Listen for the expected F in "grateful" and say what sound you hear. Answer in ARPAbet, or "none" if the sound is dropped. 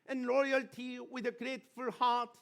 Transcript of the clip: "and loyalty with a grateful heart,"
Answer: F